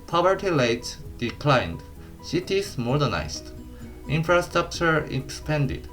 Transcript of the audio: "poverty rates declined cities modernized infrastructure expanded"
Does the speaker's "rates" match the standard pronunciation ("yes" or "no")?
no